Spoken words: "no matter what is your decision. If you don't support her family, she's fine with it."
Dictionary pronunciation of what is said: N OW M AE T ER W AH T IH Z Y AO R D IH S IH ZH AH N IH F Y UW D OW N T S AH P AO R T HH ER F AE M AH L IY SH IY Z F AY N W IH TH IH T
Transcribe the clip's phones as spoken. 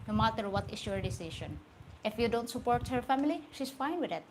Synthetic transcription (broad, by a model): N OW M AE T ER W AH T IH S Y AO R D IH S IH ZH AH N IH F Y UW D OW N T S AH P AO R T HH ER F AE M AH L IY SH IY S F AY N W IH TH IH T